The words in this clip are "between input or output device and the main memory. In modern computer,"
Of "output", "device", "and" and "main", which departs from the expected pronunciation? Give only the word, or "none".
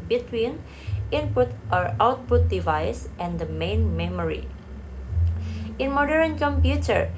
none